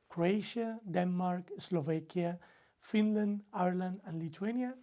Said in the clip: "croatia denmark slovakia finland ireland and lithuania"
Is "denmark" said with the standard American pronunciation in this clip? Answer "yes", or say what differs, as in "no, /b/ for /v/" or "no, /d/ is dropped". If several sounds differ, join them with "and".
yes